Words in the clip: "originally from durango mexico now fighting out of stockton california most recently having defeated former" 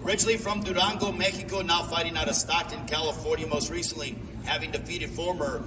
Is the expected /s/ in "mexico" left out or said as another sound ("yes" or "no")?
yes